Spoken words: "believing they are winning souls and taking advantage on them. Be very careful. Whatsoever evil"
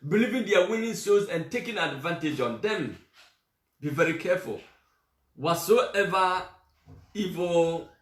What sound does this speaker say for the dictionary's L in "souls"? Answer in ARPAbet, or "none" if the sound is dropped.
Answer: none